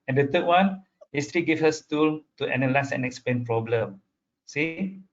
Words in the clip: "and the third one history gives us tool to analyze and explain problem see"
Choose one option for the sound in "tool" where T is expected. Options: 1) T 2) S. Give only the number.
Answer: 1